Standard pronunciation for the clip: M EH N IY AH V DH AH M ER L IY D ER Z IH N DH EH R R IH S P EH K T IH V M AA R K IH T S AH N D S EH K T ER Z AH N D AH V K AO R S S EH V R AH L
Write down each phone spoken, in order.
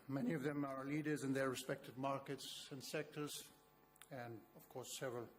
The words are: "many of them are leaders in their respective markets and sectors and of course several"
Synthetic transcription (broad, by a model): M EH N IY AH V DH AH M ER L IY D ER Z IH N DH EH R R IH S P EH K T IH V M AA R K IH T S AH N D S EH K T ER Z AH N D AH V K AO R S S EH V R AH L